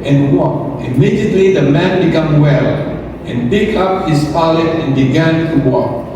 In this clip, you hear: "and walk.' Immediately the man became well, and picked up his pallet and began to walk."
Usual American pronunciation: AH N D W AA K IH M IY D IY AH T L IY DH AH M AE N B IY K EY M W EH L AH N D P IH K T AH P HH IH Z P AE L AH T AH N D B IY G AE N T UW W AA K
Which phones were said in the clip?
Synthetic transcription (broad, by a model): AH N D W AA K IH M IY D IY AH T L IY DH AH M AE N B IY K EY M W EH L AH N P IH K AH P HH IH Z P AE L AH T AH N B IY G AE N T UW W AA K